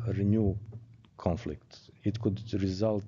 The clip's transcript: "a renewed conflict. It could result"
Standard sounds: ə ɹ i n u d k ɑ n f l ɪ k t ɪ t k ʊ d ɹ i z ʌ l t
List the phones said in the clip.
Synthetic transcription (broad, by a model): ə ɹ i n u k ɑ n f l ɪ k t ɪ t k ʊ d ɹ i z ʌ l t